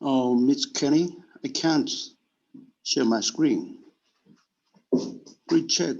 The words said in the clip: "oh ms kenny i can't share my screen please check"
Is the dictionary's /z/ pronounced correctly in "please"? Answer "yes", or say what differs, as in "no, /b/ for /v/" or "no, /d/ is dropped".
no, /z/ is dropped